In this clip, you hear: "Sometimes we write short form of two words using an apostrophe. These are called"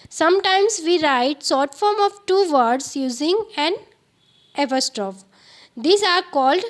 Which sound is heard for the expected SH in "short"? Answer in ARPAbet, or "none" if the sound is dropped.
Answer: S